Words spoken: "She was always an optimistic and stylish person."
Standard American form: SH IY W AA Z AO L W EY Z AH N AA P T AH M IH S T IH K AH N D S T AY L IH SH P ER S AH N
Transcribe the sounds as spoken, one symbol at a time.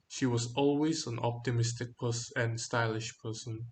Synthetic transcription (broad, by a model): SH IY W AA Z AO L W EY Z AH N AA P T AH M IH S T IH K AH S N S T AY L IH SH P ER S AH N